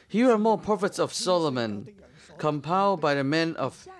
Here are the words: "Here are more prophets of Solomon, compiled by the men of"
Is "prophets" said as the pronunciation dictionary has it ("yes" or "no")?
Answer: no